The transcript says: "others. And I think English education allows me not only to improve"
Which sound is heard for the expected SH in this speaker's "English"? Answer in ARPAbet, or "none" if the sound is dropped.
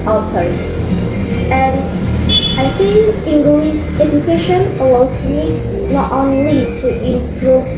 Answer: S